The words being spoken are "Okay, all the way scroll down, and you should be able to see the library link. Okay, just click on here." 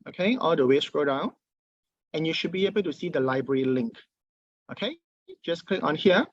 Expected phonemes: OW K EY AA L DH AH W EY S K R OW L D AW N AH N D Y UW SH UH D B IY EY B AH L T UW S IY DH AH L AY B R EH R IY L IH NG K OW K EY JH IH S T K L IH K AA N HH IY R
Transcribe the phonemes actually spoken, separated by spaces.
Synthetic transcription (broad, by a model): OW K EY AA L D AH W EY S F R OW D AW N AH N Y UW SH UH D B IY EY B AH L T UW S IY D AH L AY B R EH R IY L IH NG K OW K EY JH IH S K L IH K AA N HH IY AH